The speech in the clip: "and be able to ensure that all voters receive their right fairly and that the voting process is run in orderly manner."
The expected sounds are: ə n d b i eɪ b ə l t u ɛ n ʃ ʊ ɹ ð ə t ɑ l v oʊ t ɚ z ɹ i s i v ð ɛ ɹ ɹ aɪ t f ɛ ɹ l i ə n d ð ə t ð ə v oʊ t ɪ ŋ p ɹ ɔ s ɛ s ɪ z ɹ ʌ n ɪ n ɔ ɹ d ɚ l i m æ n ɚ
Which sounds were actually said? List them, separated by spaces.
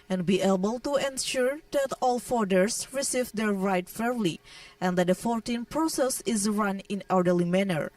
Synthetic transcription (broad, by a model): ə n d b i eɪ b ə l t u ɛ n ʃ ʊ ɹ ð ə t ɑ l f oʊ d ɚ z ɹ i s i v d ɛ ɹ ɹ aɪ t f ɛ ɹ l i ə n d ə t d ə f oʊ t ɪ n p ɹ ɔ s ɛ s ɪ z ɹ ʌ n ɪ n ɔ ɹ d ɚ l i m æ n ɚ